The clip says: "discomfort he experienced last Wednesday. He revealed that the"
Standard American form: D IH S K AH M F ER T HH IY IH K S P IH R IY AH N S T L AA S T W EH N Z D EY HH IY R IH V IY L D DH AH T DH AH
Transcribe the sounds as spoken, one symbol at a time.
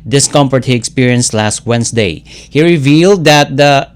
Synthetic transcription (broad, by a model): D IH S K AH M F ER T HH IY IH K S P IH R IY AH N S T L AA S T W EH N S D EY HH IY R IH V IY L D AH T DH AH